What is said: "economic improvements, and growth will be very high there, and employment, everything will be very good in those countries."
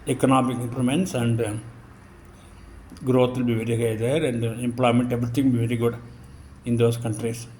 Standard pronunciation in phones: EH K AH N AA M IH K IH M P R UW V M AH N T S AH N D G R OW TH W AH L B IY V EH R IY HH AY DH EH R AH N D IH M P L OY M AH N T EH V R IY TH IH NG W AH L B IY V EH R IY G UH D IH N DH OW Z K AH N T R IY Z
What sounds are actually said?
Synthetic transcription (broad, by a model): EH K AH N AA M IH K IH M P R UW M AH N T S AH N D G R OW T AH L B IY V EH R IY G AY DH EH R AH N D IH M P L OY M AH N T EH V R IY T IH NG B IY V EH R IY G UH D IH N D OW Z K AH N T R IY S